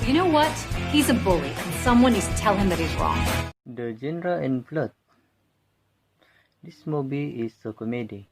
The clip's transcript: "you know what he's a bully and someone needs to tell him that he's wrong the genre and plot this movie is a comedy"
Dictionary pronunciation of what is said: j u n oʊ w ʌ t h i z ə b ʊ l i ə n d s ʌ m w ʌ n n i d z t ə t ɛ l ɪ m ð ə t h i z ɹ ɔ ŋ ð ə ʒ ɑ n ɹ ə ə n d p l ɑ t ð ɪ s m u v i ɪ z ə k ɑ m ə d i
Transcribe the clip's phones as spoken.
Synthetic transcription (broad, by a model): j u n oʊ w ʌ t h i z ə b ʊ l i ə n s ʌ m w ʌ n n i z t t ɛ l ɪ m ð ə t h i z ɹ ɔ ŋ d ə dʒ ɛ n ɹ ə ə n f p l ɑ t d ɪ s m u b i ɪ s ə k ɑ m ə d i